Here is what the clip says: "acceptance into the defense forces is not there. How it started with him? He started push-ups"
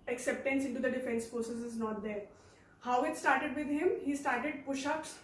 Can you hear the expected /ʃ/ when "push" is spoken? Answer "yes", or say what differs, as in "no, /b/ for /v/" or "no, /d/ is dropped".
yes